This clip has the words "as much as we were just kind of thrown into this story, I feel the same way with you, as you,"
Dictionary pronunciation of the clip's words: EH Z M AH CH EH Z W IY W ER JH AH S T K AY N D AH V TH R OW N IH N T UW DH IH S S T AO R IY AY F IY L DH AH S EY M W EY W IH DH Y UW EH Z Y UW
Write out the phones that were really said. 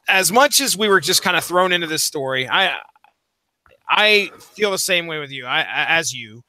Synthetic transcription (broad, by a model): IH Z M AH CH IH Z W IY W ER JH AH S K AY N D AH TH R OW N IH N T UW DH IH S S T AO R IY AY F IY L DH AH S EY M W EY W IH DH Y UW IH Z Y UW